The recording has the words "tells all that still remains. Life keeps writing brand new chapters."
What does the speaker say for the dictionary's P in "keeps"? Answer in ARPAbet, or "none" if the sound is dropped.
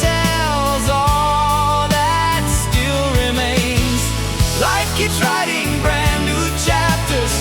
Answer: none